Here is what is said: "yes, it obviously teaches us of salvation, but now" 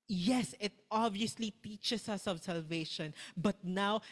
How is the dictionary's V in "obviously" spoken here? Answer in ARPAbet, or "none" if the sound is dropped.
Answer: none